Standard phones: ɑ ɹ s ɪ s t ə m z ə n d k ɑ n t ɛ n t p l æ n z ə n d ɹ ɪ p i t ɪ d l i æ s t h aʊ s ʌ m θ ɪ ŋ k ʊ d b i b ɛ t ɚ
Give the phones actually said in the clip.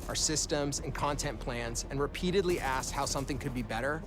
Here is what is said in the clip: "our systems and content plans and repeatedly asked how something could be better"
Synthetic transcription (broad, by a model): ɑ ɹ s ɪ s t ə m z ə n k ɑ n t ɛ n p l æ n z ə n ɹ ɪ p i t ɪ d l i æ s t h aʊ s ʌ m θ ɪ ŋ k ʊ d b i b ɛ t ɚ